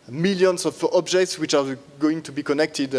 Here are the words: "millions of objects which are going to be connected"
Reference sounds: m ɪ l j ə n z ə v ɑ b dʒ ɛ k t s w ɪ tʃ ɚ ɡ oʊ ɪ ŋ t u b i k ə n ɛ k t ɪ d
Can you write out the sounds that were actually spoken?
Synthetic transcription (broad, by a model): m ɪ l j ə n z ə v ɑ b dʒ ɛ k t s w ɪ tʃ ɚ ɡ oʊ ɪ ŋ t u b i k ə n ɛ k t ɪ d